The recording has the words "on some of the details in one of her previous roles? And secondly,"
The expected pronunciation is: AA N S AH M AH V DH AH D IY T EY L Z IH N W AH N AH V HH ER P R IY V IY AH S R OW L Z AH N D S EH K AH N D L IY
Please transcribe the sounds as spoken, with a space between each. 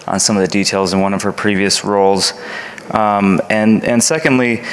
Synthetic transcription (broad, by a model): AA N S AH M AH V DH AH D IY T EY L Z IH N W AH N AH V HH ER P R IY V IY AH S R OW L Z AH N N S EH K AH N D L IY